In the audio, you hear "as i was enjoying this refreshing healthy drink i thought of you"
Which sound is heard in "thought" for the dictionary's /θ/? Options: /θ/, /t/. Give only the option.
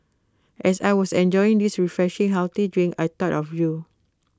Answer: /t/